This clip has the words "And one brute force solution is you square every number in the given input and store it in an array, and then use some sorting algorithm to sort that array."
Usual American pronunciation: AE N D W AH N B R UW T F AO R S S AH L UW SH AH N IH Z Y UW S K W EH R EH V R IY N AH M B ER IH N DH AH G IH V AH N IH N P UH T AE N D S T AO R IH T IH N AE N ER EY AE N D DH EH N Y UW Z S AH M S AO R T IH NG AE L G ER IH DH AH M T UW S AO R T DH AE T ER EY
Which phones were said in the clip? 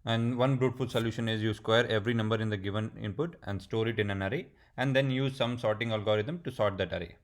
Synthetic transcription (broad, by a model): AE N D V AH N B R UW T F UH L S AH L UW SH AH N IH Z Y UW S K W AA R EH V R IY N AH M B ER IH N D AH G IH V AH N IH N P UH T AE N D S T AO R IH T IH N AE N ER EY AE N D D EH N Y UW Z S AH M S AO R T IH NG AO L G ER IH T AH M T UW S AO T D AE T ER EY